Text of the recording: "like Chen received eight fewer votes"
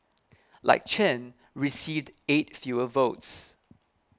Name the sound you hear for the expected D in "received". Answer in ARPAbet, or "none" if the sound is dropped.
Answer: D